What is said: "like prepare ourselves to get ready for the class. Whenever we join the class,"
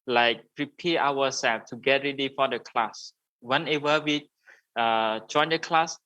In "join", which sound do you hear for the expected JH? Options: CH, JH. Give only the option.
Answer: JH